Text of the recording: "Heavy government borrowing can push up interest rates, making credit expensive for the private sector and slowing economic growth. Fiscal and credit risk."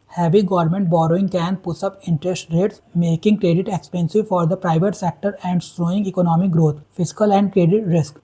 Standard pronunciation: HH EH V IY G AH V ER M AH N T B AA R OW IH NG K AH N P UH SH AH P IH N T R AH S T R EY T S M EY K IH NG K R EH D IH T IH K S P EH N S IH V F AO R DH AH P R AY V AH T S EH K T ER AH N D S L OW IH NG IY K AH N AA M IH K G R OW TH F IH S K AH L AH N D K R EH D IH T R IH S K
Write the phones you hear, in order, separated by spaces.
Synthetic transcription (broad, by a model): HH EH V IY G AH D M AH N T B AA R OW IH NG K AH N P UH S AH P IH N T R AH S T R EY T S M EY K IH NG K R EH D IH T IH K S P EH N S IH V F AO R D AH P R AY V AH T S EH K T ER AH N D S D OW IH NG IY K AH N AA M IH K G R OW T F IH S K AH L AH N D K R EH D IH T R IH S K